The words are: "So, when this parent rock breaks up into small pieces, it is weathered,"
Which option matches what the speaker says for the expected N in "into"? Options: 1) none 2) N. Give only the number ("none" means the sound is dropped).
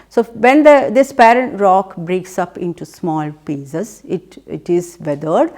2